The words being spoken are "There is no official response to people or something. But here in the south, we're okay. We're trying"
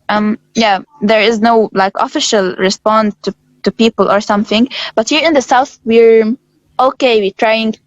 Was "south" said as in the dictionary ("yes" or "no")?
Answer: yes